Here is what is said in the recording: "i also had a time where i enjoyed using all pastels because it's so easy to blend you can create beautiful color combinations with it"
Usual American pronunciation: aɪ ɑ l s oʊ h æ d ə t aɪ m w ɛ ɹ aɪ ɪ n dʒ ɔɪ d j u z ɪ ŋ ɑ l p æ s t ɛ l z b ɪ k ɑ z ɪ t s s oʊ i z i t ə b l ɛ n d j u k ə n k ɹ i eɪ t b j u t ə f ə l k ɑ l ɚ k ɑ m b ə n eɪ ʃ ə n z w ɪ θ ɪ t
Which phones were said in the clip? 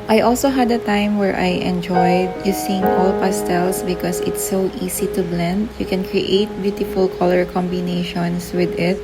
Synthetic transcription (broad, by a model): aɪ ɑ l s oʊ h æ d ə t aɪ m w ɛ ɹ aɪ ɪ n dʒ ɔɪ d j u s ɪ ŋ ɑ l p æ s t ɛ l s b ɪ k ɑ s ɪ t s s oʊ i s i t ə b l ɛ n d j u k ə n k ɹ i eɪ t b j u t ə f ə l k ɑ l ɚ k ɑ m b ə n eɪ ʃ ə n s w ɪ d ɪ t